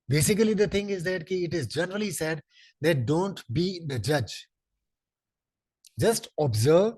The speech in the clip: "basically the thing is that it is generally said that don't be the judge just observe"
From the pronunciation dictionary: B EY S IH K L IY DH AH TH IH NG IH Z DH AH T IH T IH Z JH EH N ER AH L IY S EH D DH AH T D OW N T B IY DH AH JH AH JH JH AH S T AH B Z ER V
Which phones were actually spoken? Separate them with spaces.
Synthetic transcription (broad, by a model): B EY S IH K L IY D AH T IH NG IH Z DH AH T IH T IH Z JH EH N ER AH L IY S EH D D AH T D OW N T B IY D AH JH AH JH JH AH S T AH B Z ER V